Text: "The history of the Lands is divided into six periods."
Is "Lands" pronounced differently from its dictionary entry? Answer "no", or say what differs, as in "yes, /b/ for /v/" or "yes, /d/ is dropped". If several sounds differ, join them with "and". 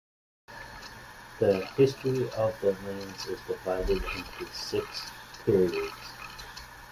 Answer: yes, /n/ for /l/